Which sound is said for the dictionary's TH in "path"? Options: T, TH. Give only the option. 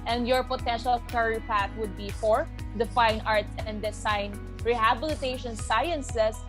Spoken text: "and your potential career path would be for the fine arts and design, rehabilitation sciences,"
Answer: T